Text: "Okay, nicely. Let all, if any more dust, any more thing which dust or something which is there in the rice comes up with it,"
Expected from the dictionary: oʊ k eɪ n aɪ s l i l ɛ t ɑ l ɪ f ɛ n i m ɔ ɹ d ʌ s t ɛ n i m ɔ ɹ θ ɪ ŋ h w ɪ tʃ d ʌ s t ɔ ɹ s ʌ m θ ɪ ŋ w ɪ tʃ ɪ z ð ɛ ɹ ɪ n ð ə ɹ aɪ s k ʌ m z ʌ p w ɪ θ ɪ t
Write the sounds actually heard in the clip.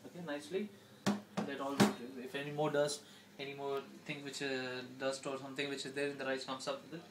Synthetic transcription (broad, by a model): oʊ k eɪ n aɪ s l i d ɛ t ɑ l ɪ f ɛ n i m ɔ ɹ d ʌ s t ɛ n i m ɔ ɹ t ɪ ŋ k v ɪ tʃ d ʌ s t ɔ ɹ s ʌ m t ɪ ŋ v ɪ tʃ ɪ z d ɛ ɹ ɪ n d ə ɹ aɪ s k ʌ m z ʌ p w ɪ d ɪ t